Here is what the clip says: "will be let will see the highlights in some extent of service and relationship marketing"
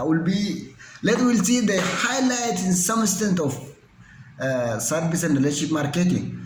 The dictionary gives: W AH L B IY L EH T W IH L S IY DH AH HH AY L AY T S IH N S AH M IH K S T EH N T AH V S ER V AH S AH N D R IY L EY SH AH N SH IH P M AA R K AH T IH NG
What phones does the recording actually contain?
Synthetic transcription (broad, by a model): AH L B IY L EH T W IH L S IY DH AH HH AY L AY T IH N S AH M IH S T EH N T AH F S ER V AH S AH N D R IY L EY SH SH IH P M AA R K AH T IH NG